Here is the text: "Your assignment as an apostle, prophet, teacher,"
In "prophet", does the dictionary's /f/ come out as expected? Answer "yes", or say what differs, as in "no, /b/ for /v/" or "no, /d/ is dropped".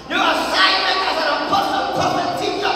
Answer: no, /f/ is dropped